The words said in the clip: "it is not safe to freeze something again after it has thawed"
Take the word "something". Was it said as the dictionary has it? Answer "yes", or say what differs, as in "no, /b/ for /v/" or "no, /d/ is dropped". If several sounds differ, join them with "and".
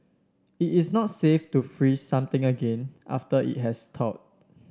no, /t/ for /θ/